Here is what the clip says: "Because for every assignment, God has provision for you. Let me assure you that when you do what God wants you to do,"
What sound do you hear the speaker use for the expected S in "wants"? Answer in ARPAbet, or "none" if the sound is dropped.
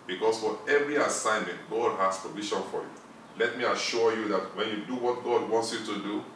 S